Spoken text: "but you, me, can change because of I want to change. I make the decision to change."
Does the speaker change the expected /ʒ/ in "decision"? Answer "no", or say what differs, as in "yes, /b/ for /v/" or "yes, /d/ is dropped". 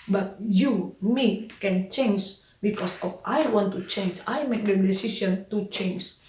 yes, /s/ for /ʒ/